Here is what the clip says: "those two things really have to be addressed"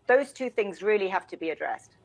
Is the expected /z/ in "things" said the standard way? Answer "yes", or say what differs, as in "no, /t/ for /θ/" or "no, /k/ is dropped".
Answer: yes